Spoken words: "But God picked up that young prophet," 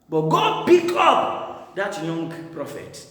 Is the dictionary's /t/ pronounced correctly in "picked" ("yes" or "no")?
no